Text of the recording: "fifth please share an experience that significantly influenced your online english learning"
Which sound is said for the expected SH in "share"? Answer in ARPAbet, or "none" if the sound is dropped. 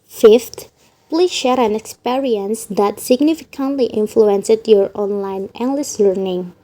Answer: SH